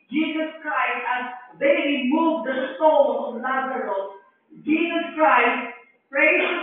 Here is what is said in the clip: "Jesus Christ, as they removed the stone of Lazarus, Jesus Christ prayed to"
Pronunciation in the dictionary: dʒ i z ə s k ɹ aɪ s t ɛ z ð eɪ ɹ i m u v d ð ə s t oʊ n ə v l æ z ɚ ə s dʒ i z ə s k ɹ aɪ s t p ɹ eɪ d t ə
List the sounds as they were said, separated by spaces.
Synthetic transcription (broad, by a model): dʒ i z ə s k ɹ aɪ s t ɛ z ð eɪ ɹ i m u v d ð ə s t oʊ l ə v n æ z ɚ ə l dʒ i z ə s k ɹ aɪ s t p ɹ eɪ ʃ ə